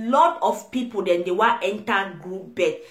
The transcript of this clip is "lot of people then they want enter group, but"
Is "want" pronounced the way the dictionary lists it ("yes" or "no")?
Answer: no